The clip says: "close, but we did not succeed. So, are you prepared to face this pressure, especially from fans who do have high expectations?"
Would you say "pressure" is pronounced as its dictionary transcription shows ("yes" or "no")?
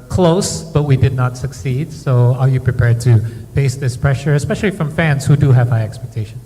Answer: yes